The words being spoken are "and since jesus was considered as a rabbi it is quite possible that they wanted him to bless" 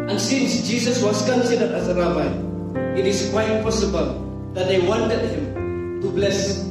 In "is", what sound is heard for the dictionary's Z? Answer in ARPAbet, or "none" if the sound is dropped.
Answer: S